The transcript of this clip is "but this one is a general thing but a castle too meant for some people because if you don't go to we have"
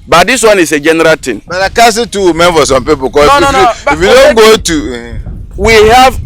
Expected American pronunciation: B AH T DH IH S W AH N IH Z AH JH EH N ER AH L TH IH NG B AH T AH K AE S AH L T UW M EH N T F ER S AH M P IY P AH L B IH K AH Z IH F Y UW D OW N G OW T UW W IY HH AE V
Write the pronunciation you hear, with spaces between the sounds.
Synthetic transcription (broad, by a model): B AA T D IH S W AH N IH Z AH JH EH N ER AH L T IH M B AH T AH K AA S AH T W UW M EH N F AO S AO M P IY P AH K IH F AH IH F Y UW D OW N G OW T UW W IY HH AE V